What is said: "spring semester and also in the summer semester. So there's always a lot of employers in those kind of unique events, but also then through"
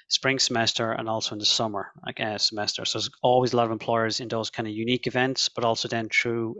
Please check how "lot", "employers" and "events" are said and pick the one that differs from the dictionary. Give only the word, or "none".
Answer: none